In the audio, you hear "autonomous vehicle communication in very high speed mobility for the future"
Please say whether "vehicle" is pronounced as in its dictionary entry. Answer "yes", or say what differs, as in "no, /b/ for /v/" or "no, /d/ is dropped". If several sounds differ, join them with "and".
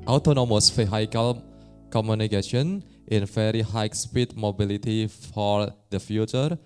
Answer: no, /f/ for /v/